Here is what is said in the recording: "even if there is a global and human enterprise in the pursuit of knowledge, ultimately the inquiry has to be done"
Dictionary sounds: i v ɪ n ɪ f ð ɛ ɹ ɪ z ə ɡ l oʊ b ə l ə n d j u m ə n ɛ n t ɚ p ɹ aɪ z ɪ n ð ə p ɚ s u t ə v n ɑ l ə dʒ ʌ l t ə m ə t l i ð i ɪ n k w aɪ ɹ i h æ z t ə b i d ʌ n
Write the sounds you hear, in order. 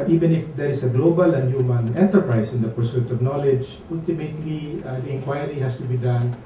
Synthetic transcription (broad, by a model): i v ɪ n ɪ f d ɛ ɹ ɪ s ə ɡ l oʊ b ə l ə n d j u m ə n ɛ n t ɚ p ɹ aɪ s ɪ n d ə p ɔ s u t ə v n ɑ l ə dʒ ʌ l t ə m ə t l i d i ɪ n k w aɪ ɹ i h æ s t ə b i d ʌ n